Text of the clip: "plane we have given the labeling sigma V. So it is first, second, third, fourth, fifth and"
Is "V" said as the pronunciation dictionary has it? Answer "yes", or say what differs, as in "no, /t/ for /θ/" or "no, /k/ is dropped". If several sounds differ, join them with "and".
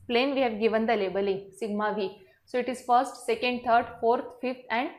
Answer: yes